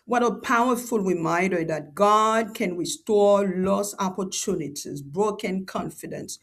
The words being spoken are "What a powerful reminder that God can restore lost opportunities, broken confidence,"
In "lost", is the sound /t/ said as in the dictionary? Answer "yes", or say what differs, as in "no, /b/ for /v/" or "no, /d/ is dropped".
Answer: no, /t/ is dropped